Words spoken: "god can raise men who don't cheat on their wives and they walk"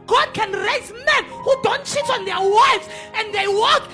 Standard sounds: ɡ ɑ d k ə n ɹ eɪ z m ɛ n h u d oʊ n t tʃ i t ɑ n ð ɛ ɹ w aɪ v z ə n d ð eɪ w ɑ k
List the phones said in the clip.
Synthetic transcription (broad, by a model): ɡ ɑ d k ə n ɹ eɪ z m ɛ n h u d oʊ n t s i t ɑ n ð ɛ w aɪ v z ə n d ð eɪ w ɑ k